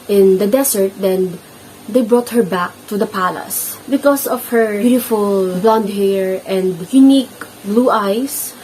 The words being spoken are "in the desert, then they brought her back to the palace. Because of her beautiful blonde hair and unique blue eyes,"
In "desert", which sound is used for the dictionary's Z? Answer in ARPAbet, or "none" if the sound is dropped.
S